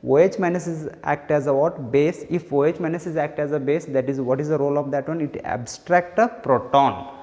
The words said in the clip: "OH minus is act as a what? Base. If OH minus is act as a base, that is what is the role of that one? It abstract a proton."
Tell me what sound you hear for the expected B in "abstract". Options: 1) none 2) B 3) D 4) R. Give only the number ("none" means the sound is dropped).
2